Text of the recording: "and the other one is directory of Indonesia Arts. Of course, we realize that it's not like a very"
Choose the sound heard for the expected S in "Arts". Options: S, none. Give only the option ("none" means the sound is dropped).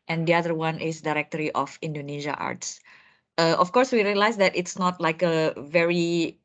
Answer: S